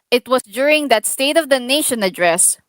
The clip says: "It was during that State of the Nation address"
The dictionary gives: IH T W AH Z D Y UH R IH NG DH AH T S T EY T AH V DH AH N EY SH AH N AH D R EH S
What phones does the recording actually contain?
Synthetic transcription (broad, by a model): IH T W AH S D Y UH R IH NG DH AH T S T EY T AH V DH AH N EY SH AH N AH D R EH S